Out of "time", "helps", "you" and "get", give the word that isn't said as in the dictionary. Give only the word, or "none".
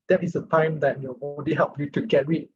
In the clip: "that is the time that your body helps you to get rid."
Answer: helps